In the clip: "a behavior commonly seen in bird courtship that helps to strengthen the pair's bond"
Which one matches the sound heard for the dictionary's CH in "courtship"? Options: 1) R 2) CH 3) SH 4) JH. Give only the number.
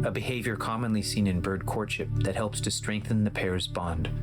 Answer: 2